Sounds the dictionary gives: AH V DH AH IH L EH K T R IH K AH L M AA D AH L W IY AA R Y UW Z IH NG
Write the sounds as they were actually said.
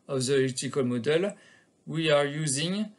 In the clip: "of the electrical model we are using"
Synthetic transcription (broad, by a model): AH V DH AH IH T IH K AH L M AA D AH L W IY AA R Y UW Z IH NG